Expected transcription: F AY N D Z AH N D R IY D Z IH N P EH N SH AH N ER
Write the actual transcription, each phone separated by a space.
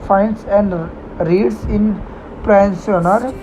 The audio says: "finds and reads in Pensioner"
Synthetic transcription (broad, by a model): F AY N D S AH N D R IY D S IH N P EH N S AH N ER